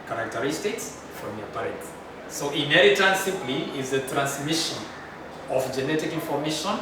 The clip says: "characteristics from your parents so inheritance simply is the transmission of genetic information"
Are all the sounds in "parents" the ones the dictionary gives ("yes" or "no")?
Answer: no